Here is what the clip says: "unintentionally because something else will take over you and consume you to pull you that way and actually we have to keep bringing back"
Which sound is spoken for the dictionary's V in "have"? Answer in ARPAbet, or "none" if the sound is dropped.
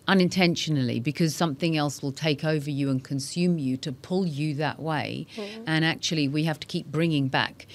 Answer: F